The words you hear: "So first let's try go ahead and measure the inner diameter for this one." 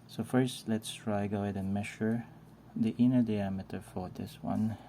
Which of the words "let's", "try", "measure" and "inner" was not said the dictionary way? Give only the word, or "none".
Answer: measure